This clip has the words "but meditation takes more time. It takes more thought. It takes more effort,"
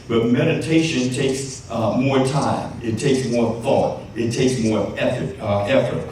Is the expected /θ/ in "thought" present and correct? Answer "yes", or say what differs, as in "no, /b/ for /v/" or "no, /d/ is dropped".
yes